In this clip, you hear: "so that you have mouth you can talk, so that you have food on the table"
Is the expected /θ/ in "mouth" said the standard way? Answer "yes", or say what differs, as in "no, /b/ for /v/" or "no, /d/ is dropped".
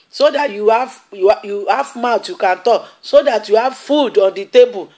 no, /t/ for /θ/